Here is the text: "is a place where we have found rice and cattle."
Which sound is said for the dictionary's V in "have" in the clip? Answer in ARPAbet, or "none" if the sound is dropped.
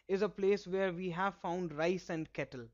V